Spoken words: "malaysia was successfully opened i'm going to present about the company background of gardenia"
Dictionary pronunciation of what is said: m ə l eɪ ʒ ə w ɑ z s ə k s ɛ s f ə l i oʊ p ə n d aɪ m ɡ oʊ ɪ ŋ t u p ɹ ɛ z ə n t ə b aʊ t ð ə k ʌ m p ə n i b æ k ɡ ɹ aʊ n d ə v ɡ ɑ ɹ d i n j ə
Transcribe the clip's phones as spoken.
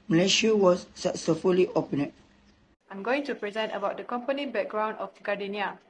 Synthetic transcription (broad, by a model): m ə l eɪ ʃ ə w ɑ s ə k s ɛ f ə l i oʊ p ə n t aɪ m ɡ oʊ ɪ ŋ t u p ɹ ɛ z ə n t ə b aʊ t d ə k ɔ m p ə n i b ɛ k ɡ ɹ aʊ n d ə f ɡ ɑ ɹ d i n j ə